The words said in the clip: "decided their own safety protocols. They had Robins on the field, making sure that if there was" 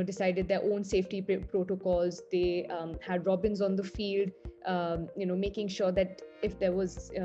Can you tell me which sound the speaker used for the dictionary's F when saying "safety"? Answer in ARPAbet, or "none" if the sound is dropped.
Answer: F